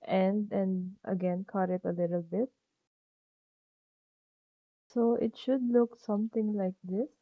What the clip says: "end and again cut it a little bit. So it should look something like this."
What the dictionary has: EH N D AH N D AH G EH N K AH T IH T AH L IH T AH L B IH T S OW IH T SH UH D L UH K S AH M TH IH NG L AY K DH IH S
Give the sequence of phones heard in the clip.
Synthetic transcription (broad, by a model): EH N D AH N D AH G EH N K AH T IH T AH L IH T AH L B IH T S OW IH T SH UH D L UH K S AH M T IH NG L AY K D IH S